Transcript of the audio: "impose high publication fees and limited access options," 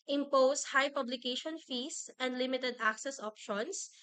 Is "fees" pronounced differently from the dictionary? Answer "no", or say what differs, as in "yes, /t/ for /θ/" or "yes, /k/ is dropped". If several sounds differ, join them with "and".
yes, /s/ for /z/